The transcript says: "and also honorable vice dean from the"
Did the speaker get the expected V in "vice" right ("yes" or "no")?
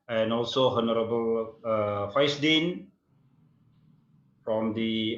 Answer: no